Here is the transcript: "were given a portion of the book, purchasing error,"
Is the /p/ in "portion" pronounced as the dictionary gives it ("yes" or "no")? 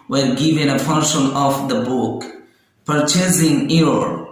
no